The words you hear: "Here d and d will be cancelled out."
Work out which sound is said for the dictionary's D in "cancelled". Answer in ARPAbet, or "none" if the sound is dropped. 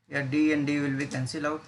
none